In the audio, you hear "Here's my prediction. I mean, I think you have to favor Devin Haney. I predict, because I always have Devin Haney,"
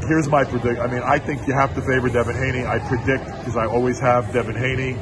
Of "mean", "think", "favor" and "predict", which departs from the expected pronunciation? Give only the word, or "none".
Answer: none